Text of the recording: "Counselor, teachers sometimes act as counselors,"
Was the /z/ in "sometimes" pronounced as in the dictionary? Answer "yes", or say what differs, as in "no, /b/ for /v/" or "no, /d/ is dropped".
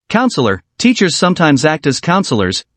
yes